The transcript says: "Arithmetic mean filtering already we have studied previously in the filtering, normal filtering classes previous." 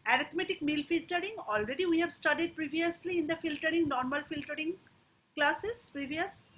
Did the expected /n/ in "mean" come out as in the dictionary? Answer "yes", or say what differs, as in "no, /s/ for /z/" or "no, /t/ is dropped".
no, /l/ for /n/